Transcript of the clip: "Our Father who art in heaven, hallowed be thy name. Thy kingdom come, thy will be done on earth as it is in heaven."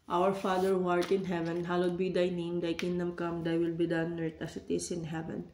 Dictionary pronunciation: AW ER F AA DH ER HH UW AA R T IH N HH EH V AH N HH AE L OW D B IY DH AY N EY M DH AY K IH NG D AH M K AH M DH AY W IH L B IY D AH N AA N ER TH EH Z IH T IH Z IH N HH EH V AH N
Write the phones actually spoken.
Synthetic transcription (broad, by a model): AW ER F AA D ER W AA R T IH N HH EH V AH N HH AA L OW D B IY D AY N EY M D AY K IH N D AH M K AH M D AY W IH L B IY D AH N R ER T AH S IH T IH S IH N HH EH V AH N